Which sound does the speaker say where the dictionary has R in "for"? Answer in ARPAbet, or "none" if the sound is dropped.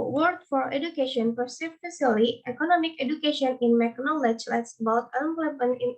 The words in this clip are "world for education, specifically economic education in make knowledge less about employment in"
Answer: R